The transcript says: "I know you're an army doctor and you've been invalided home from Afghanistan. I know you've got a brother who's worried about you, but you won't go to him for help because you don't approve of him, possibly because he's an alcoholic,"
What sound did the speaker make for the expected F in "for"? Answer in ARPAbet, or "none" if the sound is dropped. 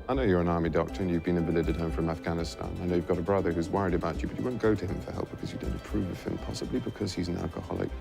F